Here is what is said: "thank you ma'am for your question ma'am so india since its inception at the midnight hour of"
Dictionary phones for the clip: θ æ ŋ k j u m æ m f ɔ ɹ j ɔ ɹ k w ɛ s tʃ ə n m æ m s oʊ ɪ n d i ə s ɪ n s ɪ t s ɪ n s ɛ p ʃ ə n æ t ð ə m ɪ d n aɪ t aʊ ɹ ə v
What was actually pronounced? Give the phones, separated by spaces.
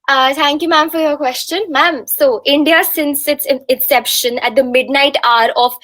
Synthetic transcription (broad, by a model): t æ ŋ k j u m æ m f ɔ ɹ j ɔ ɹ k w ɛ s tʃ ə n m æ m s oʊ ɪ n d i ə s ɪ n s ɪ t s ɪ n s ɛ p ʃ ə n æ t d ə m ɪ d n aɪ t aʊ ɹ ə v